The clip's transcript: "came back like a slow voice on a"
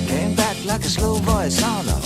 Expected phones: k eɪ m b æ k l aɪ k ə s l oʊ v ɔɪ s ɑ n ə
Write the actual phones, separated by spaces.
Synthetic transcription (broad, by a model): k eɪ m b æ k l aɪ k ə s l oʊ b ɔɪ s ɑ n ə